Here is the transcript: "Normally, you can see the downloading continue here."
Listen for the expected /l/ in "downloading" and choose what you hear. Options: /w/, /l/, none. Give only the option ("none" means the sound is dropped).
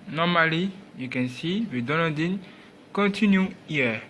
none